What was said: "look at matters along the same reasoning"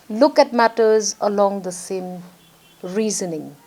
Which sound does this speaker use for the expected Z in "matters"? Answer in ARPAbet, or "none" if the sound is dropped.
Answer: Z